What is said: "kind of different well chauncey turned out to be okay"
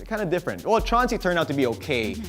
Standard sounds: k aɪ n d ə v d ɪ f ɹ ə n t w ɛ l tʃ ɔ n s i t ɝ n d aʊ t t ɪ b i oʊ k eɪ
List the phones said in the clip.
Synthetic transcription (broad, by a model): k aɪ n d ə d ɪ f ɹ ə n t w ɛ l tʃ ɔ n s i t ɝ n aʊ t t ɪ b i oʊ k eɪ